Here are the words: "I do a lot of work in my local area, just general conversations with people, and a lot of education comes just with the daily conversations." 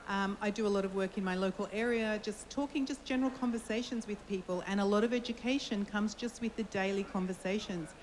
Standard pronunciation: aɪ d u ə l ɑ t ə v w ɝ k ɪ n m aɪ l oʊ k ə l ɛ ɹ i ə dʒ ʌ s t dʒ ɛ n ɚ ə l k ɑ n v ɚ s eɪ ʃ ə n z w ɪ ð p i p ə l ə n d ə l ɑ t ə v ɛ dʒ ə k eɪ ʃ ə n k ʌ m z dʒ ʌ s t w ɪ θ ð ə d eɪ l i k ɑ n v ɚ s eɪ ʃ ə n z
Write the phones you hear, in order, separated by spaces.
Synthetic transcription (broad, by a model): aɪ d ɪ ə l ɑ t ə v w ɝ k ɪ n m aɪ l oʊ k ə l ɛ ɹ i ə dʒ ʌ s t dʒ ɛ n ɚ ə l k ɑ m v ɚ s eɪ ʃ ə n z w ɪ ð p i p ə l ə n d ə l ɑ t ə v ɛ dʒ ə k eɪ ʃ ə n k ʌ m z dʒ ʌ s t w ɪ ð ə d eɪ l i k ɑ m v ɚ s eɪ ʃ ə n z